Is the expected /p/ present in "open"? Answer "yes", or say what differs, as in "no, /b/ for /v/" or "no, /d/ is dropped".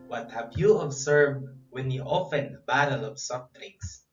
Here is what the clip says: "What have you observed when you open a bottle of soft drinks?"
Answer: no, /f/ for /p/